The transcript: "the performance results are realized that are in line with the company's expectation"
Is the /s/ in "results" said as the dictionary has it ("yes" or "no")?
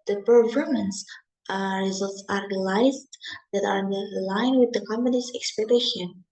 yes